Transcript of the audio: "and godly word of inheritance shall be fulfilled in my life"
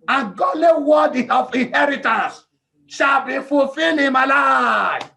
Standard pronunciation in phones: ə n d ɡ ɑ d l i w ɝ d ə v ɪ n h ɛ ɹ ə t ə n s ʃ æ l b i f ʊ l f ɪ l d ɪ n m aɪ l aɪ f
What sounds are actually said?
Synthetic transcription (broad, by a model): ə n ɡ ɑ d l i w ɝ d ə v ɪ n h ɛ ɹ ə t ə n s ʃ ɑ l b i f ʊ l f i l ɪ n m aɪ l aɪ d